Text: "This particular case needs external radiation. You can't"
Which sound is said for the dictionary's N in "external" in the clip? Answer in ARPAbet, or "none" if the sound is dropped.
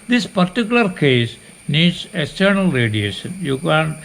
N